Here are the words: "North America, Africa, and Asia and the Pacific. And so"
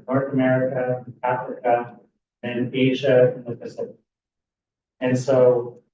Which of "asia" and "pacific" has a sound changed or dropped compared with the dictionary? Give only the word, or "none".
pacific